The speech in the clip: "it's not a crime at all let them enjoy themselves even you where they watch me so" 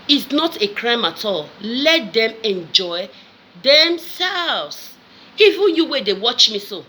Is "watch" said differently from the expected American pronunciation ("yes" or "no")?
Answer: no